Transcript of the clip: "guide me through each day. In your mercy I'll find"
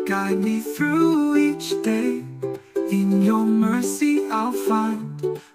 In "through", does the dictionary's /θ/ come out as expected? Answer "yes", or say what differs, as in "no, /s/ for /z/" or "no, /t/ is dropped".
yes